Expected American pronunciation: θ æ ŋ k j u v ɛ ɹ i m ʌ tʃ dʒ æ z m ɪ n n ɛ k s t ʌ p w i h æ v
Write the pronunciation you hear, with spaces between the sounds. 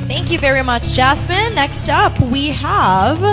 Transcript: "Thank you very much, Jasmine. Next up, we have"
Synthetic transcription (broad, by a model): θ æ ŋ k j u v ɛ ɹ i m ʌ tʃ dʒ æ s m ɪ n n ɛ k s t ʌ p w i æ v